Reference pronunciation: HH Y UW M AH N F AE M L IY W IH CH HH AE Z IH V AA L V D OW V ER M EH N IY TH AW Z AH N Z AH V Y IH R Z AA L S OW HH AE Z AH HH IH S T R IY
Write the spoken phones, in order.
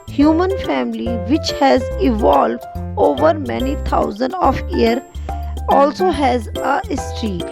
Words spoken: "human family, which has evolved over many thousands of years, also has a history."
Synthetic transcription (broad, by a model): HH Y UW M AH N F AE M L IY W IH CH HH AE Z IH V AA L V D OW V ER M EH N IY T AW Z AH N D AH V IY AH R AA L S OW HH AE Z AH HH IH S T R IY